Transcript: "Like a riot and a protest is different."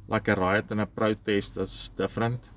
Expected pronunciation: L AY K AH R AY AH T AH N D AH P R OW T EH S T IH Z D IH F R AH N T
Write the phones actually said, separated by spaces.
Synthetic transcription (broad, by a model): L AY K AH R AY AH T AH N AH P R OW T EH S T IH S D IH F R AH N T